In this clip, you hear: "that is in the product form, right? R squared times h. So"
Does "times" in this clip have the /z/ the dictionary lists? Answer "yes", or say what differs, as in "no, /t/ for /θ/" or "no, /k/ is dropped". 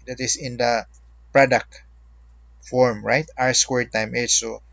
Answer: no, /z/ is dropped